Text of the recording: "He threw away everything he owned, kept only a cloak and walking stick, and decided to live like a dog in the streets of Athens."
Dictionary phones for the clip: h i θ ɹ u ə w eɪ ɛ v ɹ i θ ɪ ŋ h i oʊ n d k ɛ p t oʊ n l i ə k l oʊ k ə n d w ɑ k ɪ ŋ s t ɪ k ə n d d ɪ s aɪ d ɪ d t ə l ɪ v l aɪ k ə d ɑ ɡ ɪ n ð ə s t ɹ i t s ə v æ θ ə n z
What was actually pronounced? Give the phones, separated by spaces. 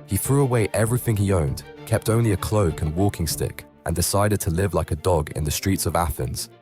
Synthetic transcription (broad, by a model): h i θ ɹ u ə w eɪ ɛ v ɹ i θ ɪ ŋ i oʊ n d k ɛ p t oʊ n l i ə k l oʊ k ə n w ɑ k ɪ ŋ s t ɪ k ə n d d ɪ s aɪ d ɪ d t ə l ɪ v l aɪ k ə d ɑ ɡ ɪ n ð ə s t ɹ i t s ə v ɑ θ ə n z